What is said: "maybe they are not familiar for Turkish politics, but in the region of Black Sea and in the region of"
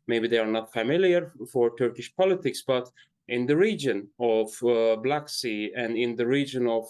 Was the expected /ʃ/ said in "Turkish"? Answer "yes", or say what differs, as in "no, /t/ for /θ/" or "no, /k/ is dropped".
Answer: yes